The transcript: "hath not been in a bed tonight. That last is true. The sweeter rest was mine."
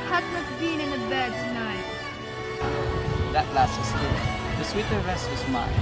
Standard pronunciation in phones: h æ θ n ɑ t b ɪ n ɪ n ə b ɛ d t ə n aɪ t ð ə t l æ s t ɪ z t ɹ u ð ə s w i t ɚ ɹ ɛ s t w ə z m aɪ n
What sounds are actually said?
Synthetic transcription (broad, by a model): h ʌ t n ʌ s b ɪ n ɪ n ə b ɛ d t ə n aɪ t ð ə t l æ s t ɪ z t u ð ə s w i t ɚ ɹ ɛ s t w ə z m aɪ